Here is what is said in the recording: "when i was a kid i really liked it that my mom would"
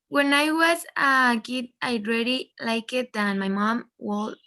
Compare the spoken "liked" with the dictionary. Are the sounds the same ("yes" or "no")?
no